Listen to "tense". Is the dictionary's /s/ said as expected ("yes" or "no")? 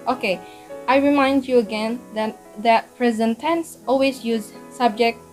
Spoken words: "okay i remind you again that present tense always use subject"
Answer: yes